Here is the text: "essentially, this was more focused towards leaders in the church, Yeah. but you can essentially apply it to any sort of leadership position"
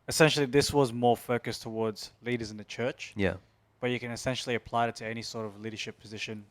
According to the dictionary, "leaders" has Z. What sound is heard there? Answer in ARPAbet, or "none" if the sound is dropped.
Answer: Z